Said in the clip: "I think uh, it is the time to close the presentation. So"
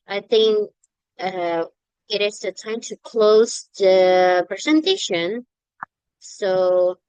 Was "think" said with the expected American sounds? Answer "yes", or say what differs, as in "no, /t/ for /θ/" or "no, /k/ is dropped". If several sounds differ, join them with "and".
yes